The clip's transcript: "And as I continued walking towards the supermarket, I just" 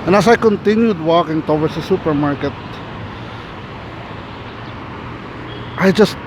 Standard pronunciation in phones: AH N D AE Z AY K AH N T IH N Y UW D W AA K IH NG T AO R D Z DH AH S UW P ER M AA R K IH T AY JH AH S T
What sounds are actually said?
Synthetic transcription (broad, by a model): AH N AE S AY K AH N T IH N Y UW D W AA K IH NG T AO W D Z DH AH S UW P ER M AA R K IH T AY JH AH S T